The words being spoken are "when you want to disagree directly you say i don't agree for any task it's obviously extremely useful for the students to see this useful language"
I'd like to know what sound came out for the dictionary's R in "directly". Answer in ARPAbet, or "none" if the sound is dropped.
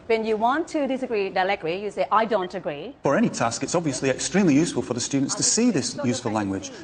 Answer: L